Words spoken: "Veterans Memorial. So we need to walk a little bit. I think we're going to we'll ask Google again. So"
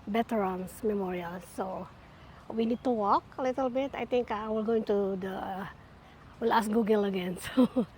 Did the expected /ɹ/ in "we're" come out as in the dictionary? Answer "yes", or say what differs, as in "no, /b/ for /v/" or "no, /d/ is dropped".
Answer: no, /l/ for /ɹ/